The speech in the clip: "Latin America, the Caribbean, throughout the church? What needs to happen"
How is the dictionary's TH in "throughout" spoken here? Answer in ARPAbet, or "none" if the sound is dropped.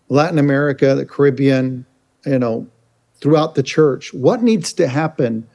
TH